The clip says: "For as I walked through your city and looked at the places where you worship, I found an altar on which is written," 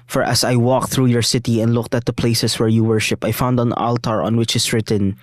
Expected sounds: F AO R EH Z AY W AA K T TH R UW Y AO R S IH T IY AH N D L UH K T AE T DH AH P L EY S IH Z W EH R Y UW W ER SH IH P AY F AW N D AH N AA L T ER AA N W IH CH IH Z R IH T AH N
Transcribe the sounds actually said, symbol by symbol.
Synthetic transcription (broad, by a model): F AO R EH S AY W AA K TH R UW Y AO R S IH T IY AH N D L UH K T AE T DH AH P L EY S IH S W EH R Y UW W ER SH IH P AY F AW N D AH N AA L T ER AA N W IH CH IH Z R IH T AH N